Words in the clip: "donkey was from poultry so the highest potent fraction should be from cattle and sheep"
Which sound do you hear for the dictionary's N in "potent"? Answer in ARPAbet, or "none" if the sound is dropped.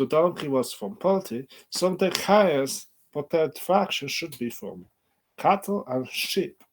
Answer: none